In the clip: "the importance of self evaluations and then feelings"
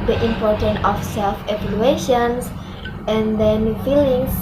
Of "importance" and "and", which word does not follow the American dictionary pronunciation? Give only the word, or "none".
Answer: importance